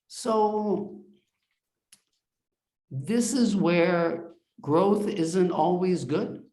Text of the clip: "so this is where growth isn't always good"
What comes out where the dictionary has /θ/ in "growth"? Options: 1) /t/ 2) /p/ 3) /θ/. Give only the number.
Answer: 3